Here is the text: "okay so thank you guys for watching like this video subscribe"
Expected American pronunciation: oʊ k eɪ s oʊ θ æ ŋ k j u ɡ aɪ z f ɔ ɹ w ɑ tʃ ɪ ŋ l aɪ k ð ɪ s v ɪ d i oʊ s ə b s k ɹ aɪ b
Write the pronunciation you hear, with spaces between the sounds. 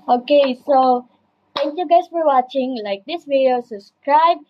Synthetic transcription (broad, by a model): oʊ k eɪ s oʊ t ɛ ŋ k j u ɡ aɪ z f ɔ ɹ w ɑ tʃ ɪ ŋ l aɪ k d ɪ s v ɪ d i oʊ s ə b s k ɹ aɪ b